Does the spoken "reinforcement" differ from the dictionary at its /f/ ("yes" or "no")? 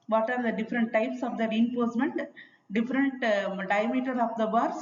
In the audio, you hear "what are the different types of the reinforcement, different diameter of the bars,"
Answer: yes